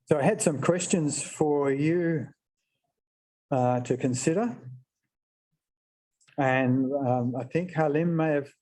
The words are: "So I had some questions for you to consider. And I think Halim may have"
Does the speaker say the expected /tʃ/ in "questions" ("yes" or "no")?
yes